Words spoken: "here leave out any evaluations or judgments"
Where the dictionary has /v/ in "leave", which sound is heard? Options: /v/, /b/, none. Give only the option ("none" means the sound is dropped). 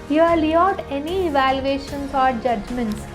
none